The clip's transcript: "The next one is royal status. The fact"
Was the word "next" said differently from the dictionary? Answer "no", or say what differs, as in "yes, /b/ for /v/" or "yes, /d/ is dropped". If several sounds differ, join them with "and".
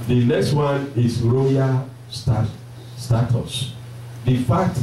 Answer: no